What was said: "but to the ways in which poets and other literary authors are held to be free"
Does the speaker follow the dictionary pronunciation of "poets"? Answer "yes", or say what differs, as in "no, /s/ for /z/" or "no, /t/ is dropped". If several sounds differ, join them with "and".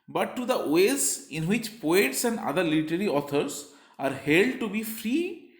yes